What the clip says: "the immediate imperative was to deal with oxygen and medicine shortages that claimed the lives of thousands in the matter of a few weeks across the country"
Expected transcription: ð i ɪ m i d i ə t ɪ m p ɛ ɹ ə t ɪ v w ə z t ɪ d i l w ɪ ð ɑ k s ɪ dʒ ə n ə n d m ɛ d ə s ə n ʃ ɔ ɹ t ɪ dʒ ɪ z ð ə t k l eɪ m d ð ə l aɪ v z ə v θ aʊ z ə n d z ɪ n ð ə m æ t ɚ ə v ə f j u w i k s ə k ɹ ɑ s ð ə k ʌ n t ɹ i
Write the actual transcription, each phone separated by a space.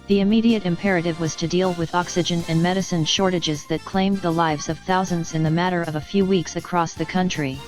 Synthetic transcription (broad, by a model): ð i ɪ m i d i ə t ɪ m p ɛ ɹ ə t ɪ v w ə z t ɪ d i l w ɪ ð ɑ k s ɪ dʒ ə n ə n m ɛ d ə s ə n ʃ ɔ ɹ t ɪ dʒ ɪ z ð ə t k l eɪ m ð ə l aɪ v z ə v θ aʊ z ə n d z ɪ n ð ə m æ t ɚ ə v ə f j u w i k s ə k ɹ ɑ s ð ə k ʌ n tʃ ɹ i